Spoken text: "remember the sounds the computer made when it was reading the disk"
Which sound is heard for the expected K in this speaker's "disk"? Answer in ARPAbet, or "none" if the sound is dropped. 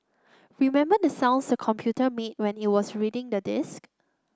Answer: K